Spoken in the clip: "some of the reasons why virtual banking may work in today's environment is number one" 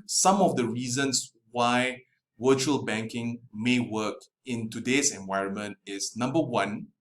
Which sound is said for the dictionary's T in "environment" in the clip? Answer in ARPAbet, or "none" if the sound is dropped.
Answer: T